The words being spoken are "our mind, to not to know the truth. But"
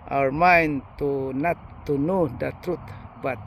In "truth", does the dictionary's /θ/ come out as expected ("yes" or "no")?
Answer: no